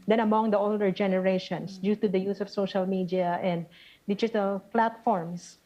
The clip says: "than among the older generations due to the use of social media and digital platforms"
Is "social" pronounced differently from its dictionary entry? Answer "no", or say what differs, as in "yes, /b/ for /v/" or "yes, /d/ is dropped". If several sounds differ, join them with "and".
no